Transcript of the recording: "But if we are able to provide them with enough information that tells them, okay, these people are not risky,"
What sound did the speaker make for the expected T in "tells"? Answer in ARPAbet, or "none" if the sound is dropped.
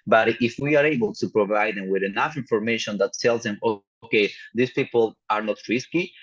S